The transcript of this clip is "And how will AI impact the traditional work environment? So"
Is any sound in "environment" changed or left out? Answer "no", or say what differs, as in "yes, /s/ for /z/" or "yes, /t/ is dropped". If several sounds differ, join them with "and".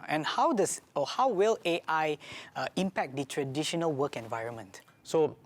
no